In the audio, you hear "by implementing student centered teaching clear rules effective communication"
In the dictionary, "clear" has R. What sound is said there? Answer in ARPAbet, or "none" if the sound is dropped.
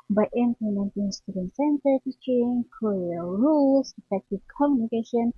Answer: L